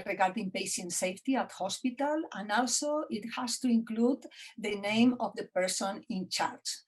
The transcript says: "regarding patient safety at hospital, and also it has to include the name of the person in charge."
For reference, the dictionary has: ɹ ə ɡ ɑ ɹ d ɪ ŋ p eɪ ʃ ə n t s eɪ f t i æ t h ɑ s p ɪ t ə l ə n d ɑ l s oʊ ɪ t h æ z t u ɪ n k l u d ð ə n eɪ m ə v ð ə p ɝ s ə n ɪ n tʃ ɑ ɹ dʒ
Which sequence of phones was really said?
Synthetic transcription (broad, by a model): ɹ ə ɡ ɑ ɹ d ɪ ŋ p eɪ ʃ ə n t s eɪ f t i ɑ t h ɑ s p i t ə l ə n ɑ l s oʊ ɪ t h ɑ s t u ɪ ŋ k l u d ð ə n eɪ m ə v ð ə p ɝ s ə n ɪ n tʃ ɑ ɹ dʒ